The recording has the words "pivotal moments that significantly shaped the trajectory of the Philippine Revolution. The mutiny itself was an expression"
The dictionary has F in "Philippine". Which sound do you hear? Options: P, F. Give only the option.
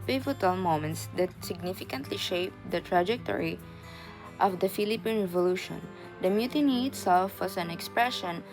F